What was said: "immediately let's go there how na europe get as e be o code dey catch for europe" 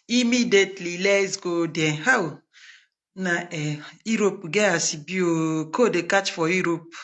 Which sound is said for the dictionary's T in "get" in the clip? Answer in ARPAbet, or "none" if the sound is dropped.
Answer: none